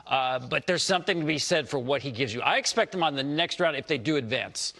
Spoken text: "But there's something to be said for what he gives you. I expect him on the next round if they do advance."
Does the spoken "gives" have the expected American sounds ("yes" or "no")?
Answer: yes